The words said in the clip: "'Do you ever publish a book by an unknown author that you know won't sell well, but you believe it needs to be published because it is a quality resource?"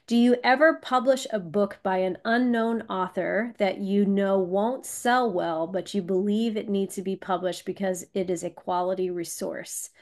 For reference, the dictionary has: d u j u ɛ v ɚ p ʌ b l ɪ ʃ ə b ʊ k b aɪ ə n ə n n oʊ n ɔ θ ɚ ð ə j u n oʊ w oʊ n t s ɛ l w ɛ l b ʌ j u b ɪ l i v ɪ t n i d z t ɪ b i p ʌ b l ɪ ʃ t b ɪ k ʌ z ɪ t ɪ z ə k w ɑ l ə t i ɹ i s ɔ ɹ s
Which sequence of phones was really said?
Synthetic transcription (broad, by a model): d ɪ j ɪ ɛ v ɚ p ʌ b l ɪ ʃ ə b ʊ k b aɪ ə n ə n n oʊ n ɔ θ ɚ ð ə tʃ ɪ n oʊ w oʊ n t s ɛ l w ɛ l b ʌ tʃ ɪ b ɪ l i v ɪ t n i d z t ɪ b i p ʌ b l ɪ ʃ t b ɪ k ʌ z ɪ t ɪ z ə k w ɑ l ə t i ɹ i s ɔ ɹ s